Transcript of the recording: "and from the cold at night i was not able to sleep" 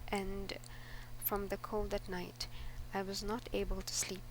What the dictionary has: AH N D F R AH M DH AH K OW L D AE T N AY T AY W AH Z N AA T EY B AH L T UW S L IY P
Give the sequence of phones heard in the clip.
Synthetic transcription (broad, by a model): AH N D F R AH M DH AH K OW L D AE T N AY T AY W AH Z N AA T EY B AH L T UW S L IY P